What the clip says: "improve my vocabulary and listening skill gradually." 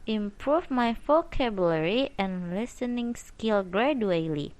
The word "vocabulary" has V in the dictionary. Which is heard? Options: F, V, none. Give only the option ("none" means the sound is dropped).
F